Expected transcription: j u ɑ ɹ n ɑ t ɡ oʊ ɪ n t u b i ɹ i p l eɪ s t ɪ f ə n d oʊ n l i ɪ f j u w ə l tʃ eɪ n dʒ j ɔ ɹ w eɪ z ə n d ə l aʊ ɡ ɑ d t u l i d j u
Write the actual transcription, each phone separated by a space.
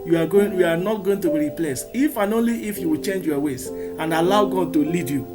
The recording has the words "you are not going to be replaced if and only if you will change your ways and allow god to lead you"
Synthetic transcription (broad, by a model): j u ɑ w n ɑ t ɡ oʊ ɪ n t u b i ɹ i p l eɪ s ɪ f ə n oʊ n l i ɪ f j u w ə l tʃ eɪ n dʒ j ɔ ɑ w eɪ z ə n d ə l aʊ ɡ ɑ d t u l i d j u